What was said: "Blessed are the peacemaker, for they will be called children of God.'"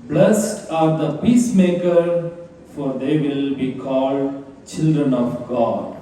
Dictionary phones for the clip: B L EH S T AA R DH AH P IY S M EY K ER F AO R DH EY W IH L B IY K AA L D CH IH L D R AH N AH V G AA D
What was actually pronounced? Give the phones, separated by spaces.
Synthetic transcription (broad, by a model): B L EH S T AA R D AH P IY S M EY K ER F AO R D EY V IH L B IY K AA L D CH IH L D R AH N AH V G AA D